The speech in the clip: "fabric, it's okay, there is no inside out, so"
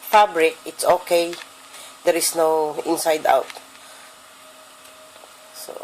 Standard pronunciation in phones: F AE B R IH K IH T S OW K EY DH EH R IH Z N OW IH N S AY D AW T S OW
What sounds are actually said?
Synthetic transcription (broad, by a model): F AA B R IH K IH T S OW K EY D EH R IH S N OW IH N S AY D AW T S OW